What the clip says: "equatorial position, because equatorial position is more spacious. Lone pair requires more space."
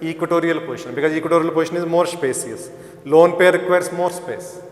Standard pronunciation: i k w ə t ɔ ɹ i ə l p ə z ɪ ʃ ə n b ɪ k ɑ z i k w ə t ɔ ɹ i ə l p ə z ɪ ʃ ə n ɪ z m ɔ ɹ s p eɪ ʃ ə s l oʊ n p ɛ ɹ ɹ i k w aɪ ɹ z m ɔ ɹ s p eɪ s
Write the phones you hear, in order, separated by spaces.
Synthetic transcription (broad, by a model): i k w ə t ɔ ɹ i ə l p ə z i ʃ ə n b ɪ k ɑ z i k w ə t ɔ ɹ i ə l p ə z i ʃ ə n ɪ z m ɔ ɹ s p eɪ s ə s l oʊ n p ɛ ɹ ɹ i k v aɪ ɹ s m ɔ ɹ s p eɪ s